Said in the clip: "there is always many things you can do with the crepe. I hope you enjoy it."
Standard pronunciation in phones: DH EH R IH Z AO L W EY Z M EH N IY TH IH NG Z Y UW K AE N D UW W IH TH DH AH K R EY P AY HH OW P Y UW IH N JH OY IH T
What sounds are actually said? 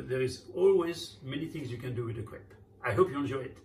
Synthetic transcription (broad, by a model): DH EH R IH Z AO L W EY Z M EH N IY TH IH NG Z Y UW K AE N D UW W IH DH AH K W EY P AY HH OW P Y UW IH N JH OY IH T